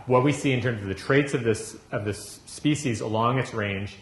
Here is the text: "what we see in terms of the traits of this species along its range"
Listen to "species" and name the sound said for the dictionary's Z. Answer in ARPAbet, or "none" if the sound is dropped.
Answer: Z